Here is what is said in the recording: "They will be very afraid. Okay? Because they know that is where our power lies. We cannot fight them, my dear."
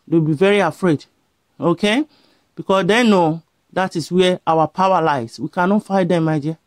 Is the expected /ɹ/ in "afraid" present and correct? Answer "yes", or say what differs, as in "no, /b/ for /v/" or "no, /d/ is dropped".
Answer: yes